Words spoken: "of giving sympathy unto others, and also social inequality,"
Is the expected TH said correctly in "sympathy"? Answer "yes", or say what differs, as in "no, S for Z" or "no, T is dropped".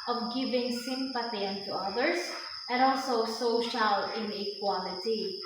no, T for TH